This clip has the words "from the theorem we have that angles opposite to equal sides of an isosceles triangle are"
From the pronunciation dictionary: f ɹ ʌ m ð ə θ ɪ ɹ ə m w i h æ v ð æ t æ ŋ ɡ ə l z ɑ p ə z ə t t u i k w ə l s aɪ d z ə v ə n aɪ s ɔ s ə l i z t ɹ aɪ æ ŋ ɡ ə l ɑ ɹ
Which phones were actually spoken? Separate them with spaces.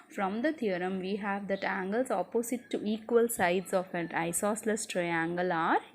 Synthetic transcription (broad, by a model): f ɹ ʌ m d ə t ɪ ɹ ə m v i h æ v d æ t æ ŋ ɡ ə l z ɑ p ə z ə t t u i k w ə l s aɪ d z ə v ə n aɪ s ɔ s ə l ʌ s t ɹ aɪ æ ŋ ɡ ə l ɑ ɹ